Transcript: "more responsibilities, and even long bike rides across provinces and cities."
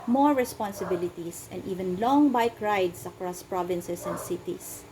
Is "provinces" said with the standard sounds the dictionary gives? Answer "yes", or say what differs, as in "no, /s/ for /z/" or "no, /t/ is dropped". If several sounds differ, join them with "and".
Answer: no, /s/ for /z/